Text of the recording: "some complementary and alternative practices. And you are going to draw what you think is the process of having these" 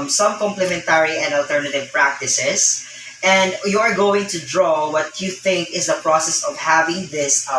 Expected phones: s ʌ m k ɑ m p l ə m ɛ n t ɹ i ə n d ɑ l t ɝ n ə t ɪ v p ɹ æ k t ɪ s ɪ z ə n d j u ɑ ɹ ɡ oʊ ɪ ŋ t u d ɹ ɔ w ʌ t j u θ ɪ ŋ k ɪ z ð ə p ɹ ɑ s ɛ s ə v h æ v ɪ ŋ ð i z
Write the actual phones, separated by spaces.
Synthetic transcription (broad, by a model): s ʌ m k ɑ m p l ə m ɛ n t ɹ i ə n d ɑ l t ɝ n ə t ɪ v p ɹ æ k t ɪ s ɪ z ə n d j u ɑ ɹ ɡ oʊ ɪ ŋ t u d ɹ ɔ w ʌ t j u θ ɪ ŋ k ɪ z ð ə p ɹ ɑ s ɛ s ə v h æ v ɪ ŋ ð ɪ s